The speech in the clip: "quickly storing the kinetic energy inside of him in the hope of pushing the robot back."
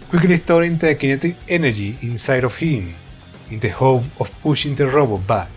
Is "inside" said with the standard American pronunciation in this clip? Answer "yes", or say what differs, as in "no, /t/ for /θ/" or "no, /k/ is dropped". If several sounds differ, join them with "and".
yes